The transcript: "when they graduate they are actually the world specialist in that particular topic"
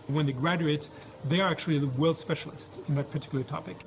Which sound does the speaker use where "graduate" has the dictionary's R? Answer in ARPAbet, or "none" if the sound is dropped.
R